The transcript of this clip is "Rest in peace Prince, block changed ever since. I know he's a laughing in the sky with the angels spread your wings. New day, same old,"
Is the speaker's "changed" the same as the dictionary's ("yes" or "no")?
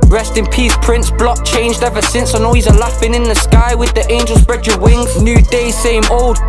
yes